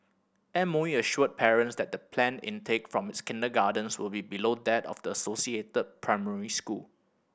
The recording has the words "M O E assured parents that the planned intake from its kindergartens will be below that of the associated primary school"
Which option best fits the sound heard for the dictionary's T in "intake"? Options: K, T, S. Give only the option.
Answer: T